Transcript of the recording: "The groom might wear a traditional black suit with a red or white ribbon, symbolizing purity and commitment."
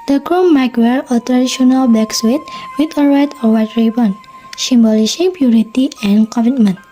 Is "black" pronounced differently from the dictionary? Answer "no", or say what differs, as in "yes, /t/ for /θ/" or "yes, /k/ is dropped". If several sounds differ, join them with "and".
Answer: yes, /l/ is dropped